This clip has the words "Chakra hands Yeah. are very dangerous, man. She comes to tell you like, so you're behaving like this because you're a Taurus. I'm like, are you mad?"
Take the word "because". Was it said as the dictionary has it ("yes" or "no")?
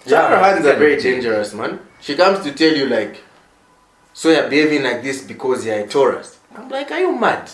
yes